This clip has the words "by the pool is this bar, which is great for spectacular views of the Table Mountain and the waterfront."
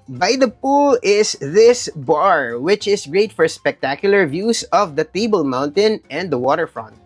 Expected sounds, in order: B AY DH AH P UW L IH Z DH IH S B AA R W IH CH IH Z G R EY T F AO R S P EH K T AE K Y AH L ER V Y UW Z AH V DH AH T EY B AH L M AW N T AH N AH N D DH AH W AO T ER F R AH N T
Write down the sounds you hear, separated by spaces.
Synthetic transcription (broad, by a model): B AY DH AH P UW L IH S DH IH S B AA R W IH CH IH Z G R EY T F AO R S P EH K T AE K Y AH L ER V Y UW S AH V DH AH T EY B AH L M AW N T AH N AH N D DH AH W AO T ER F R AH N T